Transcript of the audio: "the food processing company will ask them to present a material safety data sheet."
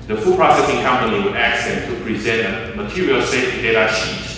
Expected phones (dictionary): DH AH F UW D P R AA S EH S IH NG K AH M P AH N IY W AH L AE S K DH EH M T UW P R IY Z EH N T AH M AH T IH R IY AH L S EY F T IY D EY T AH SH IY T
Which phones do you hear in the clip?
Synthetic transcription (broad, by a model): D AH F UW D P R AA S EH S IH NG K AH M P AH N IY W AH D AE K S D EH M T UW P R IY Z EH N T AH M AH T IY R IY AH L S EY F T D EY T AH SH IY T